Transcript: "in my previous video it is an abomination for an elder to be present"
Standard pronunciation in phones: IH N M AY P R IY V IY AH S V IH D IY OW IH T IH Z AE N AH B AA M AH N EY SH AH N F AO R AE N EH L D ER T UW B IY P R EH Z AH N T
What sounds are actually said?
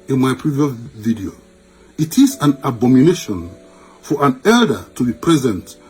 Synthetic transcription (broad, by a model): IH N M AY P R IY V IY AH S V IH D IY OW IH T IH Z AE N AH B AA M AH N EY SH AH N F AO R AE N EH L D ER T UW B IY P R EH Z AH N T